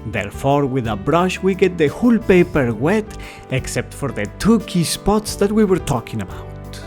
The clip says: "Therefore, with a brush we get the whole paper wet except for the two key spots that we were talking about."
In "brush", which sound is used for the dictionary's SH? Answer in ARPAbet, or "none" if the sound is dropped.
SH